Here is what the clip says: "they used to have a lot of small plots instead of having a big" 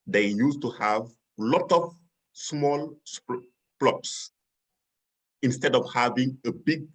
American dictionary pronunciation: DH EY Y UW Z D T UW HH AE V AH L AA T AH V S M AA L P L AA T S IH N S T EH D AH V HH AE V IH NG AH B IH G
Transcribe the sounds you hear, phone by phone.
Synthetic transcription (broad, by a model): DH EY Y UW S T UW HH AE V L AA T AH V S M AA L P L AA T S IH N S T EH D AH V HH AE V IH NG AH B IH G